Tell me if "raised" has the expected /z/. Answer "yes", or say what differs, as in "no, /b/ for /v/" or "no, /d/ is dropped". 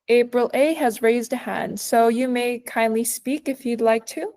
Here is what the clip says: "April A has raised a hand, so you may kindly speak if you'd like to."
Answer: yes